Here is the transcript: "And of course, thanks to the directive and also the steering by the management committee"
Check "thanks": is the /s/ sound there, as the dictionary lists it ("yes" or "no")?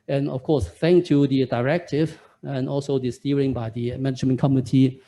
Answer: no